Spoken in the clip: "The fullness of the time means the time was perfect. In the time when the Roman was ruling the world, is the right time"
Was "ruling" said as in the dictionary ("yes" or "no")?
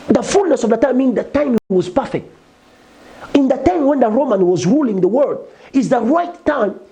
yes